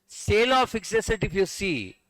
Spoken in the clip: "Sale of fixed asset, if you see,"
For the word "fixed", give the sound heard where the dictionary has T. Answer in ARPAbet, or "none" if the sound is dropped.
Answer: none